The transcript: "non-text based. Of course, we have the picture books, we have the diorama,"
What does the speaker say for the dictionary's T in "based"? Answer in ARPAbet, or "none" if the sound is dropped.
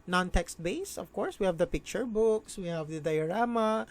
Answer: none